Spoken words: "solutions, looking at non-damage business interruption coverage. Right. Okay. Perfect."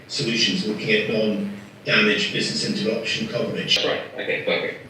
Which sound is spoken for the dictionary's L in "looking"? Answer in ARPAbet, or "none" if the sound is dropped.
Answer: W